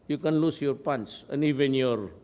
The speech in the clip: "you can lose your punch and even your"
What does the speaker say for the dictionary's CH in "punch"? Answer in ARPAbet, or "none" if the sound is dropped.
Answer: S